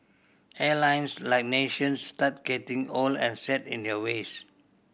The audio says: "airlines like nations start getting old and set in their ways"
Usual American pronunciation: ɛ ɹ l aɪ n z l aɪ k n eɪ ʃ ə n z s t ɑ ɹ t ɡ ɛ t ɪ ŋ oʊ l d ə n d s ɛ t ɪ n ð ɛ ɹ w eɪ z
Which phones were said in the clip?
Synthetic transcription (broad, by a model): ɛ l aɪ n s l aɪ k n eɪ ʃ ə n s t ɑ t ɡ ɛ t ɪ ŋ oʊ l ə n s ɛ t ɪ n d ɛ w eɪ s